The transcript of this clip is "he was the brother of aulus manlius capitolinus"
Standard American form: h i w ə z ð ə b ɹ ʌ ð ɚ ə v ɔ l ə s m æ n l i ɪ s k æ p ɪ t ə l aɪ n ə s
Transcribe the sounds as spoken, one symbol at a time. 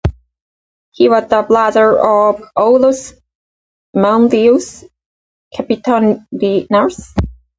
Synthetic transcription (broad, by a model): h i w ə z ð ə b l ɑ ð ɚ ə v ɔ l ə s m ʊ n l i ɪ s k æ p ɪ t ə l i n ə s